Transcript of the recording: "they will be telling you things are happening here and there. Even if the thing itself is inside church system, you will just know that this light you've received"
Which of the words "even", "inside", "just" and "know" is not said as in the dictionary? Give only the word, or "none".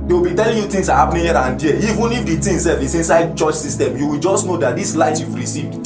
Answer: none